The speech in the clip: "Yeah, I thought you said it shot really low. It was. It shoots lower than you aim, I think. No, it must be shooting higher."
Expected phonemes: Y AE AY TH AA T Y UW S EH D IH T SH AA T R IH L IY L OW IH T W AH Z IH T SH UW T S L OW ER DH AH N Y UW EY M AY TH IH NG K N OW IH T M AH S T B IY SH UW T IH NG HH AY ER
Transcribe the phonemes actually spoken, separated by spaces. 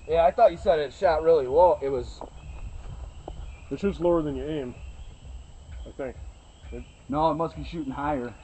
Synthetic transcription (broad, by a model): Y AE AY TH AA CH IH S EH D IH T SH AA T R IH L IY W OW IH T W AH Z IH T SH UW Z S L OW ER DH AH N Y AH EY M AY TH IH NG K N OW IH T M AH S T B IY SH UW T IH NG HH AY ER